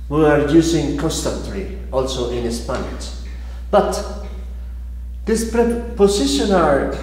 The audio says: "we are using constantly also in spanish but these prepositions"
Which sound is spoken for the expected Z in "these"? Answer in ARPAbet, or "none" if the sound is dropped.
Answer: S